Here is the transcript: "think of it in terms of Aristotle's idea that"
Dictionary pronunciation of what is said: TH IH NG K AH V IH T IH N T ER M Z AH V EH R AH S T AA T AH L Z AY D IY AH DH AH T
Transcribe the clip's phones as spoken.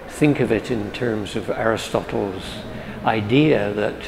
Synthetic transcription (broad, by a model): TH IH NG K AH V IH T IH N T ER M Z AH V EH R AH S T AA T L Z AY D IY AH DH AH T